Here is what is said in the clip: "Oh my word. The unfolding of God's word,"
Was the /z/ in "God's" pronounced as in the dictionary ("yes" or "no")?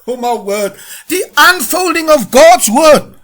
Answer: yes